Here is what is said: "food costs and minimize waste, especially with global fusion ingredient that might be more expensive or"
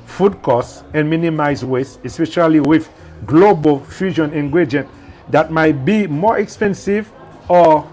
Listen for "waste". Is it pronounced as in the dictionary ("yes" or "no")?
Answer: no